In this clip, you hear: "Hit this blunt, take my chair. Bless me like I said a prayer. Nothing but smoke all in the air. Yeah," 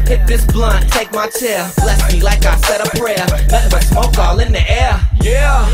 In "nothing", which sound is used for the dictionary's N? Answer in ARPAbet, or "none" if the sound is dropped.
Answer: L